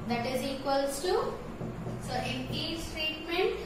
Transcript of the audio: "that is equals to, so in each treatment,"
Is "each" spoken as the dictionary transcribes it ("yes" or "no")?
no